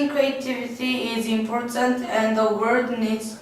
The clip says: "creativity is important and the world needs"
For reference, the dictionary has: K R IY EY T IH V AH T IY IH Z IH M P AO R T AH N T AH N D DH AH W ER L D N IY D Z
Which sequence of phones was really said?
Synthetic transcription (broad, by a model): K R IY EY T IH V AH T IY IH Z IH M P AO R T AH N T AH N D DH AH W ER D N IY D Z